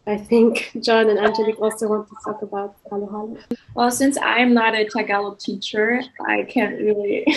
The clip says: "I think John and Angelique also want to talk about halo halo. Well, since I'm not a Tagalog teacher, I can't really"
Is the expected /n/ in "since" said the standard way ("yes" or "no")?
yes